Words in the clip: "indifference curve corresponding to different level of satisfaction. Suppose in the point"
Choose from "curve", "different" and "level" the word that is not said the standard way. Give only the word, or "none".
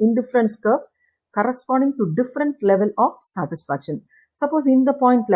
curve